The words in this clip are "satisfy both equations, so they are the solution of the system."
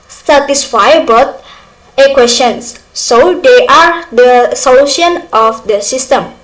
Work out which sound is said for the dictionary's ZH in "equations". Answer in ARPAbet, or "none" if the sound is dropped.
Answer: S